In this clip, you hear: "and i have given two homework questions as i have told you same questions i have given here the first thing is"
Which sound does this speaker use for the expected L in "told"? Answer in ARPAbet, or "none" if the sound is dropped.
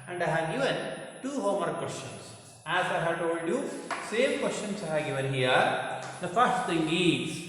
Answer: L